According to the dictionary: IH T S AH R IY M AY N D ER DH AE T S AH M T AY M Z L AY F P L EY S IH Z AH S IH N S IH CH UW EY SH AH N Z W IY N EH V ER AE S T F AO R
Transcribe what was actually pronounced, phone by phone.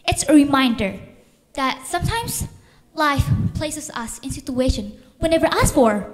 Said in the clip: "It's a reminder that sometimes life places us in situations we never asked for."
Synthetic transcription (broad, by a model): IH T S AH R IY M AY N D ER DH AE T S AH M T AY M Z L AY F P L EY S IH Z AH S IH N S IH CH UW EY SH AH N W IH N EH V ER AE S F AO R